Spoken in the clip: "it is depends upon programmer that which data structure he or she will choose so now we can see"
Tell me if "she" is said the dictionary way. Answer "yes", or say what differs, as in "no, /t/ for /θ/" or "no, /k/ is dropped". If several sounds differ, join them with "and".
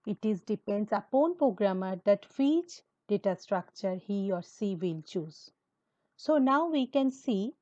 no, /s/ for /ʃ/